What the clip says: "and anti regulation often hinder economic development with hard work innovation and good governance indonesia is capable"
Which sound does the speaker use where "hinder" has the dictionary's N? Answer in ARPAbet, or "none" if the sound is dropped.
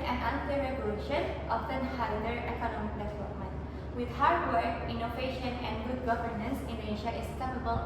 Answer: none